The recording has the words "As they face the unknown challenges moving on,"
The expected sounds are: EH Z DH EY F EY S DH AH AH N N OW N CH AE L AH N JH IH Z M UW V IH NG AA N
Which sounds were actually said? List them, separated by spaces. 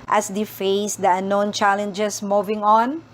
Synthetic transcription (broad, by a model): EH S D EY F EY S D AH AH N N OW N CH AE L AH N JH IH S M UW V IH NG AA N